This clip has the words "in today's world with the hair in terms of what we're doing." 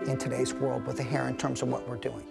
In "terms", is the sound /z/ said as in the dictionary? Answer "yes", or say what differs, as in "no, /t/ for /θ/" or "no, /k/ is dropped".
yes